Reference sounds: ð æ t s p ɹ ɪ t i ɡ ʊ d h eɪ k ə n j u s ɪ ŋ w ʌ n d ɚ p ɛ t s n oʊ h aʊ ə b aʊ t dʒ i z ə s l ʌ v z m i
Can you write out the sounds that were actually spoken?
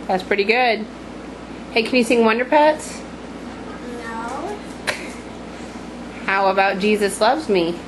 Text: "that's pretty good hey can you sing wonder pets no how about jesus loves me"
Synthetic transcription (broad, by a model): ð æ t s p ɹ ɪ t i ɡ ʊ d h eɪ k n j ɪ s ɪ ŋ w ʌ n d ɚ p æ t s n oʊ h aʊ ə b aʊ t dʒ i z ə s l ʌ v z m i